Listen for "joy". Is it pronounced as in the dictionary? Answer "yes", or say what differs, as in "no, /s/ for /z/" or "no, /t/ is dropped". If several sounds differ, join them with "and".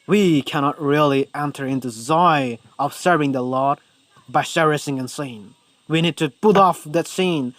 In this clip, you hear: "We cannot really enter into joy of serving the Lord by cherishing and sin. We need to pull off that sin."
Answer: no, /z/ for /dʒ/